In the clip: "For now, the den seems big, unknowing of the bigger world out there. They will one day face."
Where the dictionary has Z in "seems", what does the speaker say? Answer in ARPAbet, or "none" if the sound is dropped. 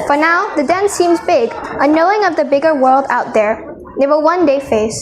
Z